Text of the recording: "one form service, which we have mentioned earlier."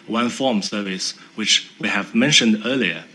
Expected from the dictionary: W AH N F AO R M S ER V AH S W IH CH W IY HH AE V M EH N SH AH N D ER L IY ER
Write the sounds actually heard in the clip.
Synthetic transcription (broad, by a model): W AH N F AO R M S ER V AH S W IH CH W IY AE V M EH N SH AH N D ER L IY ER